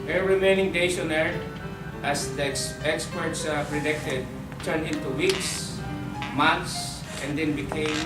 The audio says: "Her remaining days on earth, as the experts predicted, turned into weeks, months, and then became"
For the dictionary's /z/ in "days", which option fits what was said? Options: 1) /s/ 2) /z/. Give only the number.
1